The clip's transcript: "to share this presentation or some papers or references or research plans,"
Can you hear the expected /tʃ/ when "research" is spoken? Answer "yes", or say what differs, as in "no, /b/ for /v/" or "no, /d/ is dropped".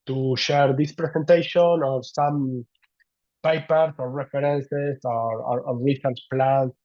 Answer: no, /s/ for /tʃ/